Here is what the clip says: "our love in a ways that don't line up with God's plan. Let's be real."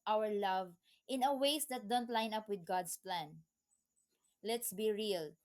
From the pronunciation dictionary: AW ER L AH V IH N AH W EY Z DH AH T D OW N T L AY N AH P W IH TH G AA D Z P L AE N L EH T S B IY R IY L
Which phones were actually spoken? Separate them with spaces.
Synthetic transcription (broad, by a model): AW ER L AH V IH N AH W EY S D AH T D OW N T L AY N AH P W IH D G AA D S P L AE N L EH T S B IY R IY L